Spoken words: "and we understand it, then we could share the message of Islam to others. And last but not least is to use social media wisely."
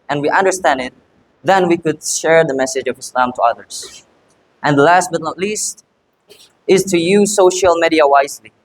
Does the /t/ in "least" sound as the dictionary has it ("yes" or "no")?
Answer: yes